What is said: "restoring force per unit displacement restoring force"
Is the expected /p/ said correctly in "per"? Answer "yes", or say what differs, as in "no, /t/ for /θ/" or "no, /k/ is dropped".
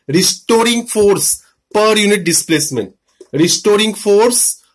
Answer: yes